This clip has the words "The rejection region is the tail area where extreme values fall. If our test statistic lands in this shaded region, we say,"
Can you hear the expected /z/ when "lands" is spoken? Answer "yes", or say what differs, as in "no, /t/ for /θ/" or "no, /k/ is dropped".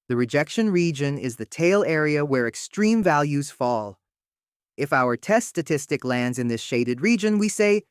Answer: yes